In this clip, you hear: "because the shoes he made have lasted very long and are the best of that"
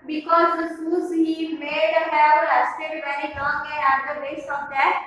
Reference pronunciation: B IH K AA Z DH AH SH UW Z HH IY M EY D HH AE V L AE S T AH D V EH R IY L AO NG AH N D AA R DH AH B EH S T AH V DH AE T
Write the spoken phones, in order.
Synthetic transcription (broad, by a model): B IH K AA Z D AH S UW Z HH IY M EY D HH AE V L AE S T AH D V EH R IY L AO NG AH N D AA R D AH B EH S AH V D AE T